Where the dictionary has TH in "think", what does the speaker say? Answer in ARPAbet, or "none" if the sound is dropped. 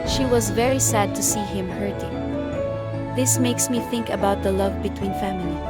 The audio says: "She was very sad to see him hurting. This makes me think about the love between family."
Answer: TH